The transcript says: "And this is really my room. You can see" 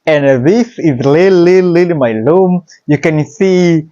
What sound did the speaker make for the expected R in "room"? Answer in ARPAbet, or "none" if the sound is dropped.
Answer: L